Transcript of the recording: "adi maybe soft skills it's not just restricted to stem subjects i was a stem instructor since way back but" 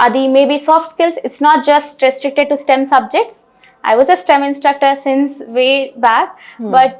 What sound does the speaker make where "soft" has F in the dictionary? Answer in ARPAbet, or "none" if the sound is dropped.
F